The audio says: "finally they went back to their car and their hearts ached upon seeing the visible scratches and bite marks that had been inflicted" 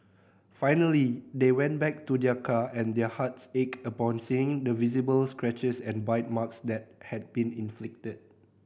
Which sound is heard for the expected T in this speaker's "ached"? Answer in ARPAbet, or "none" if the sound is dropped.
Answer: none